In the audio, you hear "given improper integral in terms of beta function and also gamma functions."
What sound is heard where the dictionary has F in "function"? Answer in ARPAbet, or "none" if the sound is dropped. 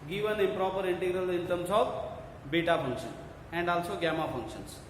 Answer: P